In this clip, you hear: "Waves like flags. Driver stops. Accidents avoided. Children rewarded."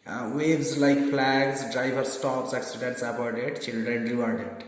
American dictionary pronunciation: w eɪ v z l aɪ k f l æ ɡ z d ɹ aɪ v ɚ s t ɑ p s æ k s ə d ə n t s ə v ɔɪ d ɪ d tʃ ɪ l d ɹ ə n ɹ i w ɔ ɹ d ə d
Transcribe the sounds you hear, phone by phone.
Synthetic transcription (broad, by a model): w eɪ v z l aɪ k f l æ ɡ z d ɹ aɪ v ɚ s t ɑ p s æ k s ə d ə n t s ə p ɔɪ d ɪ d tʃ ɪ l d ɹ ə n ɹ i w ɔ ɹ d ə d